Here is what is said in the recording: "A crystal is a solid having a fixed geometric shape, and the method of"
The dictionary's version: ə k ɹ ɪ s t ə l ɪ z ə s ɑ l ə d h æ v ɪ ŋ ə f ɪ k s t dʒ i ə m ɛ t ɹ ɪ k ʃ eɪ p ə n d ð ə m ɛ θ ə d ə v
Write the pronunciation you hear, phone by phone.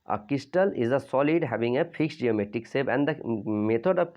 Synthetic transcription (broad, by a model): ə k ɪ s t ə l ɪ z ə s ɑ l ə d h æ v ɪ ŋ ə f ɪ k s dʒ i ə m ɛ t ɪ k s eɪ b ə n d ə m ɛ t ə d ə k